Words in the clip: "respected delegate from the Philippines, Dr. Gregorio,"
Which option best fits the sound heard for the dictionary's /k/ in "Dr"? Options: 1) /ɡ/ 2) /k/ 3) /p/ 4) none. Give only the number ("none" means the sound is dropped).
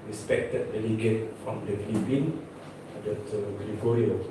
4